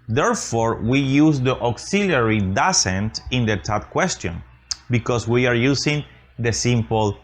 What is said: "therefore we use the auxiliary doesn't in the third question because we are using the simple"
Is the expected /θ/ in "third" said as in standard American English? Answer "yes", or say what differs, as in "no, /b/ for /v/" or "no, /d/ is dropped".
no, /t/ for /θ/